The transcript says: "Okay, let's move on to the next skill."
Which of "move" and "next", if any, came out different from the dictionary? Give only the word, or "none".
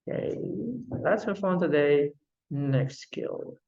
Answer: move